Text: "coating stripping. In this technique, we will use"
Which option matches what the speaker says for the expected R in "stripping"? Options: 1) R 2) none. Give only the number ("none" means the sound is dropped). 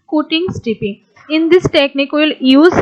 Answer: 2